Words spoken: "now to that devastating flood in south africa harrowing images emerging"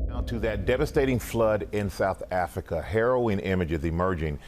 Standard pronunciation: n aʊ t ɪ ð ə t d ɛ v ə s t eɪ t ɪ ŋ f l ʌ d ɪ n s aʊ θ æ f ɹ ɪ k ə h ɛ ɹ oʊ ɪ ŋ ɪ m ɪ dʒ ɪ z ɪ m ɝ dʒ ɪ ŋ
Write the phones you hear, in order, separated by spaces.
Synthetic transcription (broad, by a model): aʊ t ɪ ð ə t d ɛ v ə s t eɪ t ɪ ŋ f l ʌ d ɪ n s aʊ θ æ f ɹ ɪ k ə h ɛ ɹ oʊ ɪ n ɪ m ɪ dʒ ɪ z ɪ m ɝ dʒ ɪ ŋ